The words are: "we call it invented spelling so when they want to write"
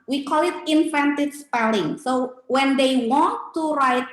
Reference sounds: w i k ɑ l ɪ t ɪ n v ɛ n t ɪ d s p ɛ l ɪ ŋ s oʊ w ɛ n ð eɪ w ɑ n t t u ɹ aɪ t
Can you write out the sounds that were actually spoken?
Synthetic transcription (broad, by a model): w i k ɑ l ɪ t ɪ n f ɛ n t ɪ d s p ɛ l ɪ ŋ s oʊ w ɛ n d eɪ w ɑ n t t u ɹ aɪ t